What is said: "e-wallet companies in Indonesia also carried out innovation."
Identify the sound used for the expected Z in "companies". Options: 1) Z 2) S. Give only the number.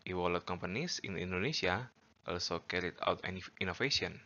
2